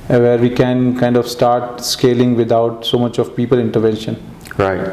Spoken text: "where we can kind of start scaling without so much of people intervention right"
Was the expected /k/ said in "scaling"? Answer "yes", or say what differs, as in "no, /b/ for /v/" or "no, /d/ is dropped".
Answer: yes